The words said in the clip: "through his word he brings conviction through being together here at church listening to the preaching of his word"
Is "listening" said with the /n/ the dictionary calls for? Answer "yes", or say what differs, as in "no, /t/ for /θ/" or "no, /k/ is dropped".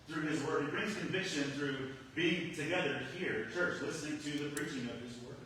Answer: yes